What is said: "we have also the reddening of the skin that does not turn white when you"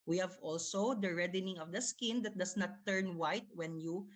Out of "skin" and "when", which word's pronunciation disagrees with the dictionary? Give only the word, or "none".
none